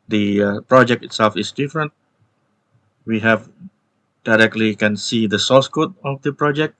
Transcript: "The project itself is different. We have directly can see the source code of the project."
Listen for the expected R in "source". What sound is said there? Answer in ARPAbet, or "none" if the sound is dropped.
L